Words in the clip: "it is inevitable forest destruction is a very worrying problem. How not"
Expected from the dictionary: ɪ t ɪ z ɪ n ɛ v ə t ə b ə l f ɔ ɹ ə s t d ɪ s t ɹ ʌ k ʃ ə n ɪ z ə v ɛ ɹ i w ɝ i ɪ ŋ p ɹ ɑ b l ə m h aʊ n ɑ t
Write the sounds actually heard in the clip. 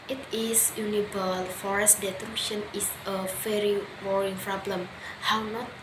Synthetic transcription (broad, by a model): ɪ t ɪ s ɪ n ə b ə l f ɔ ɹ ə s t d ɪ t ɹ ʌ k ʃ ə n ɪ s ə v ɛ ɹ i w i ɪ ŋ p ɹ ɑ b l ə m h aʊ n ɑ t